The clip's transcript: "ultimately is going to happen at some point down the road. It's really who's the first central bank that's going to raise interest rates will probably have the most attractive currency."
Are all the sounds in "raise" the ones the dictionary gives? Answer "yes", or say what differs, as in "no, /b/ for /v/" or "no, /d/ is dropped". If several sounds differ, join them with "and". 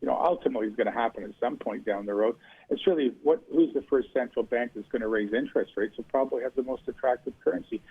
yes